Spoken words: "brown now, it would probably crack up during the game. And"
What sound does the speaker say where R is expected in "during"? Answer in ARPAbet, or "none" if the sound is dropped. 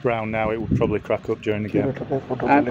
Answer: R